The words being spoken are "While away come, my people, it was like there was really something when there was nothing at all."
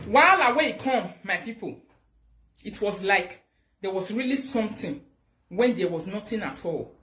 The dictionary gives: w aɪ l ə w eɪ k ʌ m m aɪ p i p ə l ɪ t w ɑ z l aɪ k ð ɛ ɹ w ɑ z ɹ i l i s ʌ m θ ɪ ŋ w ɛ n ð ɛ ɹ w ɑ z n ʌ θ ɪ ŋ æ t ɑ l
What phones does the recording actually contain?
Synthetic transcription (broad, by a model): w aɪ l ə w eɪ k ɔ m m aɪ p i p ə l ɪ t w ɑ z l aɪ k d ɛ w ɑ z ɹ i l i s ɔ m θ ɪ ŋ w ɛ n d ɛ w ɑ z n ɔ t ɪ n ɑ t ɑ l